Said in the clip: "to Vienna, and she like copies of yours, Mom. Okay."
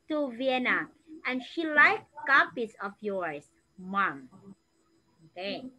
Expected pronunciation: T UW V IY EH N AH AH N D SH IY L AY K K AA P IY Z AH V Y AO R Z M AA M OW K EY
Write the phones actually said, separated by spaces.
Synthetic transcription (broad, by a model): T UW V IY EH N AH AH N SH IY L AY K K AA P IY S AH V Y AO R S M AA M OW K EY